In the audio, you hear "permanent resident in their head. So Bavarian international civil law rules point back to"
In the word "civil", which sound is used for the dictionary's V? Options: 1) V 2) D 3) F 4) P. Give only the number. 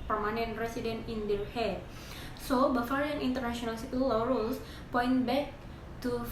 4